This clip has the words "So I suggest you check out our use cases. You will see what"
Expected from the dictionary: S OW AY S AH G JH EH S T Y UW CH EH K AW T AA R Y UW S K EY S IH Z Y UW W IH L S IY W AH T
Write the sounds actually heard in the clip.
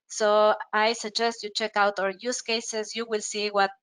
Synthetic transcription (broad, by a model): S OW AY S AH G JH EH S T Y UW CH EH K AW T AA R Y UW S K EY S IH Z Y UW W IH L S IY W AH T